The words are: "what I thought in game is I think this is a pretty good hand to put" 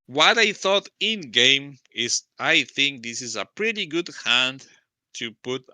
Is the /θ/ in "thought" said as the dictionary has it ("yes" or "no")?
yes